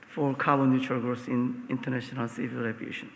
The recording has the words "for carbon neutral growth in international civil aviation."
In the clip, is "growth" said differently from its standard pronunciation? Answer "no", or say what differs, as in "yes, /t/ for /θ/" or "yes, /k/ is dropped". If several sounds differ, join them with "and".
yes, /s/ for /θ/